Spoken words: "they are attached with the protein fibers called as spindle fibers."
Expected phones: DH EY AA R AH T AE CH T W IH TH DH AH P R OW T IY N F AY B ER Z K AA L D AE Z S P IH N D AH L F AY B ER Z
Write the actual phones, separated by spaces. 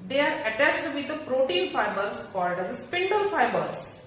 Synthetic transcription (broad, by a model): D EY AA R AH T AE CH T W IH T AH P R OW T IY N F AY B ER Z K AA D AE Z S P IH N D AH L F AY B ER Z